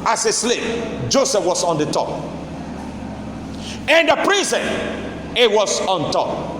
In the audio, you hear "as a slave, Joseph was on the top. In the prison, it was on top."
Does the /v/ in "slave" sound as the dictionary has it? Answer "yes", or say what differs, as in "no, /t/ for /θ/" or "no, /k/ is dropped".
no, /p/ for /v/